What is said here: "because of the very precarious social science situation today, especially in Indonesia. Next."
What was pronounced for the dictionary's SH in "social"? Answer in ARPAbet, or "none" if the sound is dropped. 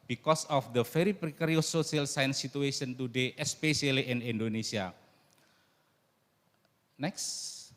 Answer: none